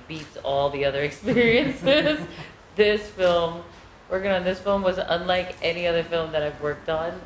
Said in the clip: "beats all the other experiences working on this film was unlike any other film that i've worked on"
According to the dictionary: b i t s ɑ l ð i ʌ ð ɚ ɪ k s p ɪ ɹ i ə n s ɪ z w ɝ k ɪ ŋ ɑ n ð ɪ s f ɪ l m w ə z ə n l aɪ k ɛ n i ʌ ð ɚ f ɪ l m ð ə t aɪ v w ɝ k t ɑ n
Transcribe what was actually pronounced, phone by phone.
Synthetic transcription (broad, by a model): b i t s ɑ l ð i ʌ ð ɚ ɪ k s p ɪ ɹ i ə n s ɪ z w ɝ k ɪ ŋ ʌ n ð ɪ s f ɪ l m w ə z ə n l aɪ k ɛ n i ʌ ð ɚ f ɪ l m ð ə t aɪ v w ɝ k t n